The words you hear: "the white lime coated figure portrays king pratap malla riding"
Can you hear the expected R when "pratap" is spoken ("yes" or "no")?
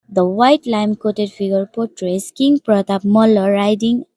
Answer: yes